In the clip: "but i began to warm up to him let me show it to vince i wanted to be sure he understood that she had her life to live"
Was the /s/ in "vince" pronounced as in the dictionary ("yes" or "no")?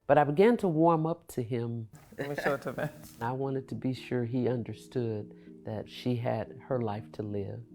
no